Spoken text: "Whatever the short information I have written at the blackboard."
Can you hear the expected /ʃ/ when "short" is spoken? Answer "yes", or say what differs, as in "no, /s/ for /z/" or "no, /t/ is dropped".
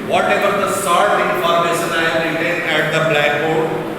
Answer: no, /s/ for /ʃ/